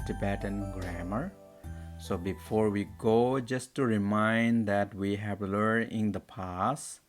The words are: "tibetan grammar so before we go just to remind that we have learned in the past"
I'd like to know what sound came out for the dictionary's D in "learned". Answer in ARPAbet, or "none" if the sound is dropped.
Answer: none